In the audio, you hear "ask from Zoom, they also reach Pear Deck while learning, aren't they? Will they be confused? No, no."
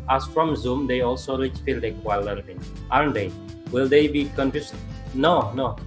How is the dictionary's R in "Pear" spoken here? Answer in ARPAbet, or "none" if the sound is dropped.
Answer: L